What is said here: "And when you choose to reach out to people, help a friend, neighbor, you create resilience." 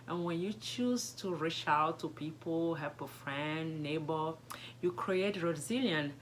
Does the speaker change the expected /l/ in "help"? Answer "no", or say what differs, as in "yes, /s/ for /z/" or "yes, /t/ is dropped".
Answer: yes, /l/ is dropped